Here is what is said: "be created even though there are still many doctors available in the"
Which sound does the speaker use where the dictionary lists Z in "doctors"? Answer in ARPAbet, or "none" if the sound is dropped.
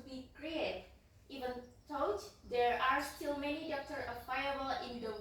none